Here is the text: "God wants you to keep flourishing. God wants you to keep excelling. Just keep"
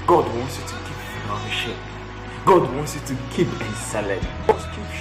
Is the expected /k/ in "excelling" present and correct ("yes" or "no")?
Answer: no